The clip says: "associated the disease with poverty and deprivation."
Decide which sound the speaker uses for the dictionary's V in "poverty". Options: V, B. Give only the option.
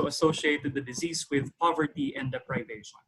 V